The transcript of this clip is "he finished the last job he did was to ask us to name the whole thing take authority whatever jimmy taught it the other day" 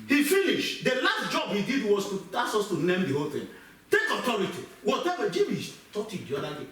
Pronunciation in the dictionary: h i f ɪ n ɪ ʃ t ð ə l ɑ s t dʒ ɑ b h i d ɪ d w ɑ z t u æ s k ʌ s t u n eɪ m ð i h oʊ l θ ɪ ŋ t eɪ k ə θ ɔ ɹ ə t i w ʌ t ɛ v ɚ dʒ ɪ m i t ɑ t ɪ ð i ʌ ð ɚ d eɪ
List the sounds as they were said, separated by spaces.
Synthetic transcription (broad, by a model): h i f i n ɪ ʃ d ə l ɑ s t dʒ ɑ b h i d ɪ d w ɑ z t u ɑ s ɔ s t u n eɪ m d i h oʊ l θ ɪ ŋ t eɪ k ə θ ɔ ɹ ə t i w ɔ t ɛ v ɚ dʒ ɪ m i t ɑ t ɪ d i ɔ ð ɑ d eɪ